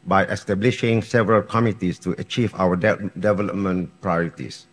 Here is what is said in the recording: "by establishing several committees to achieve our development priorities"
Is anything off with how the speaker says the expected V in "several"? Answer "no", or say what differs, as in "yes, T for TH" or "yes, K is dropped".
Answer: no